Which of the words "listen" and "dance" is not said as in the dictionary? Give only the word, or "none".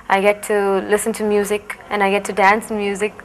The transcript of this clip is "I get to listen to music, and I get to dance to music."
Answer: none